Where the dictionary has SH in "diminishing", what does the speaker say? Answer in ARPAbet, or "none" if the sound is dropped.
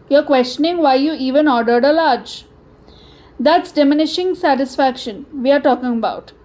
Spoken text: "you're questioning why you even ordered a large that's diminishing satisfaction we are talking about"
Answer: SH